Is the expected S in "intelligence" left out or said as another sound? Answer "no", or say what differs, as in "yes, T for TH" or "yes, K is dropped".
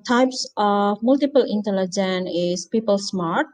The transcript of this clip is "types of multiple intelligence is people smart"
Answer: yes, S is dropped